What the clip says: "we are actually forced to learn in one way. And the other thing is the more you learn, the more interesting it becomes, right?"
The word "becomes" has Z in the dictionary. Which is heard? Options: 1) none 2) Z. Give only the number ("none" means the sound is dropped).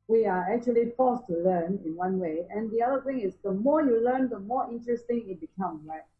1